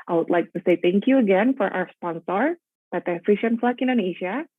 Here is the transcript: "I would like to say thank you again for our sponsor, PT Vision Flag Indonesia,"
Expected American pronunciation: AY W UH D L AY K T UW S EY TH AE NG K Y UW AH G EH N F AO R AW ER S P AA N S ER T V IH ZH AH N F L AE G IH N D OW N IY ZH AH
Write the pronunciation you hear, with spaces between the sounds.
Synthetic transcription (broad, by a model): AY W UH D L AY K T UW S EY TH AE NG K Y UW AH G EH N F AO R AW ER S P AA N S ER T F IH SH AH N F L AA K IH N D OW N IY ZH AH